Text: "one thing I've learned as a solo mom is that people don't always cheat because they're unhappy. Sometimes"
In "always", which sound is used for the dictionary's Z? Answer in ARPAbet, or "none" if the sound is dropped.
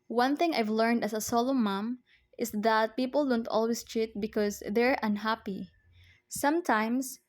S